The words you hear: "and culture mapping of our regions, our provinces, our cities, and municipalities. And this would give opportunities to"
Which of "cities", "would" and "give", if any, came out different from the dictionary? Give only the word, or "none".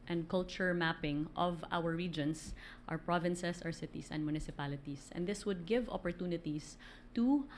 cities